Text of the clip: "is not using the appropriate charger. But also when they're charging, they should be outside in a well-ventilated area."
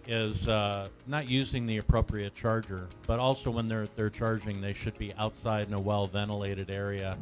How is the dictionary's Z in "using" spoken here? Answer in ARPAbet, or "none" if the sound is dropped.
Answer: Z